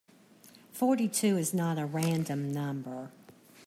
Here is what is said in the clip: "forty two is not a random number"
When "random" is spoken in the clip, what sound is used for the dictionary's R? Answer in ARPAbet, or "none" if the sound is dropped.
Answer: R